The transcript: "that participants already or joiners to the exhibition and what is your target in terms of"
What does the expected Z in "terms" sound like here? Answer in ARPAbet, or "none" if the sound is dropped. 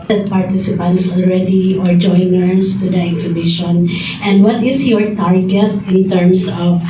S